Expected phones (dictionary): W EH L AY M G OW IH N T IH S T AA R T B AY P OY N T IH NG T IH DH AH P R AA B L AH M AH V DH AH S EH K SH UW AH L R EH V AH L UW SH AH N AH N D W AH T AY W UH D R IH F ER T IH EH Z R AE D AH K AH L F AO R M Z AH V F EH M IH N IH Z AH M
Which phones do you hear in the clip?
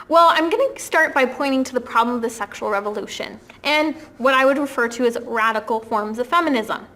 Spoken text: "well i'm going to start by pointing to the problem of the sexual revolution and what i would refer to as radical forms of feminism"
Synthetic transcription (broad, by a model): W EH L AY M G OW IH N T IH S T AA R T B AY P OY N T IH NG T IH DH AH P R AA B L AH M AH V DH AH S EH K SH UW L R EH V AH L UW SH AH N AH N W AH T AY W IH D R IH F ER T IH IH Z R AE D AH K L F AO R M Z AH V F EH M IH N IH Z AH M